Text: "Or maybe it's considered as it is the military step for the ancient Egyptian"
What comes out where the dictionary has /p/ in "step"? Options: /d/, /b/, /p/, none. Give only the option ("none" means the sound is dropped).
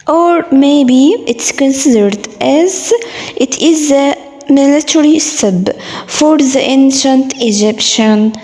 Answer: /b/